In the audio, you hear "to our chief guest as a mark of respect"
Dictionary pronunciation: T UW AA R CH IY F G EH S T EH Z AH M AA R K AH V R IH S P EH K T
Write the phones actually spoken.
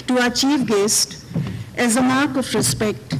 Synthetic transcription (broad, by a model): T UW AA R CH IY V G EH S T EH Z AH M AA R K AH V R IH S P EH K T